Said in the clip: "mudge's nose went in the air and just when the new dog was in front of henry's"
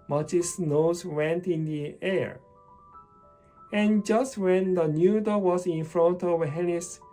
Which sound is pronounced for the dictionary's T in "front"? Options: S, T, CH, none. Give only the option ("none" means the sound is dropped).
T